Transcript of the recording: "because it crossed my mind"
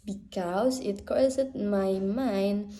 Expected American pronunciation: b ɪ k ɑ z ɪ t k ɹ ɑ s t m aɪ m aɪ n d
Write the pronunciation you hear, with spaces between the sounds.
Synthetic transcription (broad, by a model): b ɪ k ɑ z ɪ t k ɑ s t m aɪ m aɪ n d